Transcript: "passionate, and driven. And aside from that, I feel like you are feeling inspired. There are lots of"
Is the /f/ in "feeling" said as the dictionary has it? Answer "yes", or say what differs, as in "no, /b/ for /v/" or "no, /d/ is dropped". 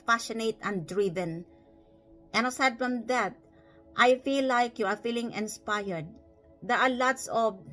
yes